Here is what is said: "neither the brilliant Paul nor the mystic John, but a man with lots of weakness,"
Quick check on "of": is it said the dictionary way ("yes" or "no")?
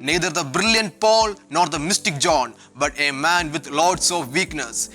yes